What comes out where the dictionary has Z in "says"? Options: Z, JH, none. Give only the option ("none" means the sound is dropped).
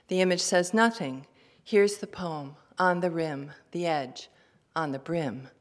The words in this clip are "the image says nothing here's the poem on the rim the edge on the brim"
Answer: Z